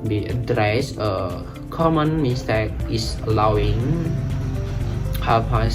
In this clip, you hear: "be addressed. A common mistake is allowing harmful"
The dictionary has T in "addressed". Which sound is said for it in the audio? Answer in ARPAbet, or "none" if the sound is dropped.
none